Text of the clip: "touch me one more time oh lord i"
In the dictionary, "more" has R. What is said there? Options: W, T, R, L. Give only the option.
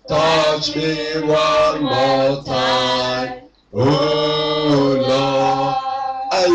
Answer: L